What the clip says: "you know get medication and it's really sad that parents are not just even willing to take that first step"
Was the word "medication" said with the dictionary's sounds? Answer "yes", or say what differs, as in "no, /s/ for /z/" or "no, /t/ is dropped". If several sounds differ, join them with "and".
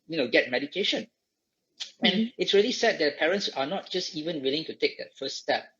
yes